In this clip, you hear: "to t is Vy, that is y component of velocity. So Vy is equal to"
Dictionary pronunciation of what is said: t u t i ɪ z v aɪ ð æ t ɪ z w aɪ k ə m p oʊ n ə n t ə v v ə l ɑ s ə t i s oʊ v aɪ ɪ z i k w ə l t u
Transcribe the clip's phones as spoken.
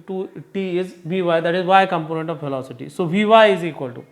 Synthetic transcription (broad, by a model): t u t i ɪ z v aɪ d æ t ɪ z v aɪ k ə m p oʊ n ə n t ə v f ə l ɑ s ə t i s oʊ v aɪ ɪ z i k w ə l t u